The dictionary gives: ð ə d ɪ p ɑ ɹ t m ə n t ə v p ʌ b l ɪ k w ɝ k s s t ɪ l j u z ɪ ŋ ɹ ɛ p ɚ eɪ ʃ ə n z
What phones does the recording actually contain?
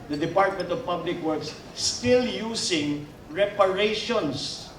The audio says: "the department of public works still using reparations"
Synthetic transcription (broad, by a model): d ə d ɪ p ɑ ɹ t m ə n t ə v p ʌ b l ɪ k w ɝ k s s t ɪ l j u s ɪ ŋ ɹ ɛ p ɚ eɪ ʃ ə n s